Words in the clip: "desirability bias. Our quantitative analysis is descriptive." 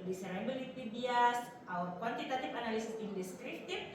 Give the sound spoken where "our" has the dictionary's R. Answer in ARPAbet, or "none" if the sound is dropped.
W